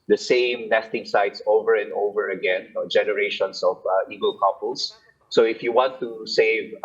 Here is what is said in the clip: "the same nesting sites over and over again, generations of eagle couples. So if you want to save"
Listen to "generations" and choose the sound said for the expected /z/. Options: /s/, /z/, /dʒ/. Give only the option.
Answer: /s/